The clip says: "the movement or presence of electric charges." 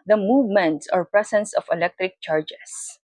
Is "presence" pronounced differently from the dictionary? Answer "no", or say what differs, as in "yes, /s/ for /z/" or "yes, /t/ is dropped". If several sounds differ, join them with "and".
yes, /s/ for /z/